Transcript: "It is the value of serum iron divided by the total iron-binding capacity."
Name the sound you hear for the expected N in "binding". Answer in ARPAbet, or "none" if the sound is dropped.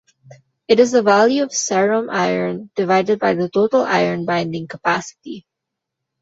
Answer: N